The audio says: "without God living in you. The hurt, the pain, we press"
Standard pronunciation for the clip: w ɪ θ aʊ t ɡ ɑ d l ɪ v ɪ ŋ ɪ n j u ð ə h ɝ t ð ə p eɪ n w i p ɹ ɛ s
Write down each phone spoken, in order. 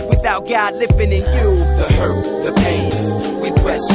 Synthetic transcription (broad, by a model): w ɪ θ aʊ t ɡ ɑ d l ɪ f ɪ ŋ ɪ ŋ j u ð ə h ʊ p ð ə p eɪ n w i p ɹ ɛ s